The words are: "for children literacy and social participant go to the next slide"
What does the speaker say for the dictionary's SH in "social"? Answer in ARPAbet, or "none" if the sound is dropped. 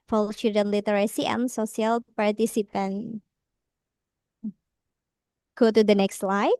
S